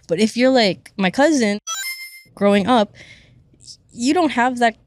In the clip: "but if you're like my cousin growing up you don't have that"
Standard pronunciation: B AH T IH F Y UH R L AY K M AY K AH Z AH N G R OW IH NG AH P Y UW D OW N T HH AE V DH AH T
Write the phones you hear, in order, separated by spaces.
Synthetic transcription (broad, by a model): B AH T IH F Y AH R L AY K M AY K AH Z AH N G R OW IH NG AH P Y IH D OW N T HH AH V DH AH T